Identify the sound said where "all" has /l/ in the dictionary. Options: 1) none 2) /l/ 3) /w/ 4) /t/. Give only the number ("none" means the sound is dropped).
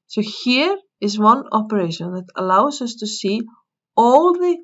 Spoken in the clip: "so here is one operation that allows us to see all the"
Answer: 2